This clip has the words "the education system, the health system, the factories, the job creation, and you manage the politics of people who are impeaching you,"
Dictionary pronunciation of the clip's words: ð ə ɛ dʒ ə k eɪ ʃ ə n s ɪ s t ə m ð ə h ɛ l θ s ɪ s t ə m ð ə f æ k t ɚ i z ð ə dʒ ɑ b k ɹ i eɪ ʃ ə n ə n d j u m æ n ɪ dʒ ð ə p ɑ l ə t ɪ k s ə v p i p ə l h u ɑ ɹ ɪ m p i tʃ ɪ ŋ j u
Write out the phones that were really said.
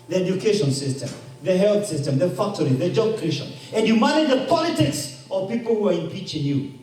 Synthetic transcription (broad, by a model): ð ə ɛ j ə k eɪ ʃ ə n s ɪ s t ə m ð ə h ɛ l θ s ɪ s t ə m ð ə f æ k t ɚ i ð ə dʒ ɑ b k i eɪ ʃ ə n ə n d j u m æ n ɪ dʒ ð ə p ɑ l ə t ɪ k s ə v p i p ə l h u ɑ ɹ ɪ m p i tʃ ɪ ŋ j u